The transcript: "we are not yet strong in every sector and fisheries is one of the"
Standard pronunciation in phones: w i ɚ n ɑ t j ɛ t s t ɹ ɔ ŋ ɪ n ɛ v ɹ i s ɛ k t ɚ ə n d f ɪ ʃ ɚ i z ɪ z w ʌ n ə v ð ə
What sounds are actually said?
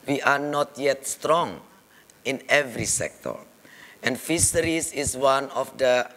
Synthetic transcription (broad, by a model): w i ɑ n ɑ t j ɛ t s t ɹ ɔ ŋ ɪ n ɛ v ɹ i s ɛ k t ɚ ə n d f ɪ s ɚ i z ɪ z w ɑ n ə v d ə